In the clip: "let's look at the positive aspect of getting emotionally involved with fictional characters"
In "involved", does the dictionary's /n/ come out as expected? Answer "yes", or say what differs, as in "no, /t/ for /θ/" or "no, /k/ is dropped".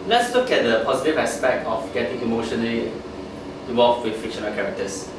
no, /n/ is dropped